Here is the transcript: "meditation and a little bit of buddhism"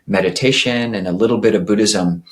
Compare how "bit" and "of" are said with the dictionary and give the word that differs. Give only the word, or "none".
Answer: none